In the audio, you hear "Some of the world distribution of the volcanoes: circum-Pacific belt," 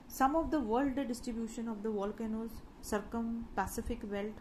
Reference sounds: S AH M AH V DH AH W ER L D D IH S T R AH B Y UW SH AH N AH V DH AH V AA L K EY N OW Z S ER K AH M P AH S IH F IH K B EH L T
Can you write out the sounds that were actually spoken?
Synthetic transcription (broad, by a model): S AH M AH V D AH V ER L D D IH S T R AH B Y UW SH AH N AH V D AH V AA L K EY N OW Z S ER K AH M P AH S IH F IH K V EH L T